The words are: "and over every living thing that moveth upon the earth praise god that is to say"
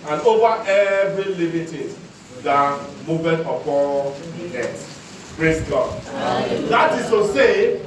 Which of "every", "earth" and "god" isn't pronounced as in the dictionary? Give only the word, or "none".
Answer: earth